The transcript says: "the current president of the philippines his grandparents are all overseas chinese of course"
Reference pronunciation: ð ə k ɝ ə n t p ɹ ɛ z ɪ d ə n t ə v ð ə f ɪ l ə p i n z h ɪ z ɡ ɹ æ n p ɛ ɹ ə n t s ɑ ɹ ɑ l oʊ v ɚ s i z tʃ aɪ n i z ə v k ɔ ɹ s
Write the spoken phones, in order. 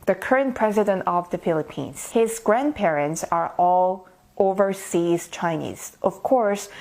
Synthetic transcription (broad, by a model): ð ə k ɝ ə n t p ɹ ɛ z ɪ d ə n t ə v ð ə f ɪ l ə p i n z h ɪ z ɡ ɹ æ n p ɛ ɹ ə n t s ɑ ɹ ɑ l oʊ v ɚ s i z tʃ aɪ n i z ə v k ɔ ɹ s